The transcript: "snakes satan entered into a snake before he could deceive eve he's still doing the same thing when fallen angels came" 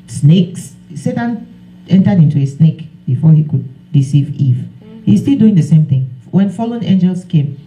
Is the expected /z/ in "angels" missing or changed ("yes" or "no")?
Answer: yes